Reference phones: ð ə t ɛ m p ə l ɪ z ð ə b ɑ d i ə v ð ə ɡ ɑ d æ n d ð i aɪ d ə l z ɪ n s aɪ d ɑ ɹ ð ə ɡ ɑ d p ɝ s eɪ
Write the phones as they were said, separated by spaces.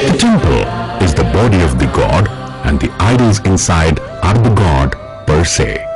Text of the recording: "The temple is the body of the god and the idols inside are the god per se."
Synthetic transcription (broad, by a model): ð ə t ɛ m p ə l ɪ z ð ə b ɑ d i ə v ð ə ɡ ɑ d æ n d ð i aɪ d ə l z ɪ n s aɪ d ɑ ɹ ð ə ɡ ɑ d p ɝ s eɪ